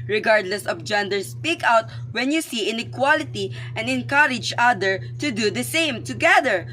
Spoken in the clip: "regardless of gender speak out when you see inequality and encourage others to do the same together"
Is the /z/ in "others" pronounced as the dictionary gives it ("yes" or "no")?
no